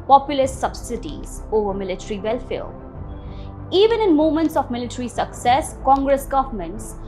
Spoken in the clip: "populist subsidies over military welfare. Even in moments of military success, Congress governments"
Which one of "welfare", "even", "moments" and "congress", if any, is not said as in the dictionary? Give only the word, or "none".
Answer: welfare